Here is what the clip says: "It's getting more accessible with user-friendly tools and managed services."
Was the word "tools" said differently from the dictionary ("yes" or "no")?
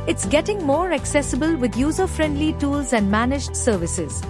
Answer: no